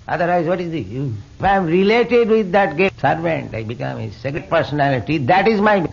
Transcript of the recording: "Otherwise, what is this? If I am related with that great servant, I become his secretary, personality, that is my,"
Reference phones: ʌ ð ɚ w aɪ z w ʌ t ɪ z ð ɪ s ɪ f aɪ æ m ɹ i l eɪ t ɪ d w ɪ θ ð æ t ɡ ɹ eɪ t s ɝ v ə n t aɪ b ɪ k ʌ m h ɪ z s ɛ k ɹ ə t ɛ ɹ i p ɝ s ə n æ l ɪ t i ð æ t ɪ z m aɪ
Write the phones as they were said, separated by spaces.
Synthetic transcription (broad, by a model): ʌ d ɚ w aɪ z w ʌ t ɪ z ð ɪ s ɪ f aɪ m ɹ i l eɪ t ɪ d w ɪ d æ t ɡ eɪ s ɝ v ə n t aɪ b ɪ k ʌ m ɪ s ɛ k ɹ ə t p ɝ s ə n æ l ɪ t i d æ t ɪ z m aɪ